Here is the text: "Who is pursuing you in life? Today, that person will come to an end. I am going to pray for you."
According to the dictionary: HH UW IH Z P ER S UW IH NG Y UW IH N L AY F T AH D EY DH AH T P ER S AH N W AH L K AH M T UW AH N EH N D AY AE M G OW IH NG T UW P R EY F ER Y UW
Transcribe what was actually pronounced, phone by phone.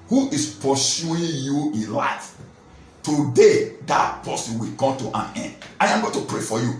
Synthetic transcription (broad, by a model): HH UW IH S P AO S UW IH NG Y UW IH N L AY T T AH D EY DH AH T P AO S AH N W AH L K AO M T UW AH N EH N D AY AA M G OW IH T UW P R EY F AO Y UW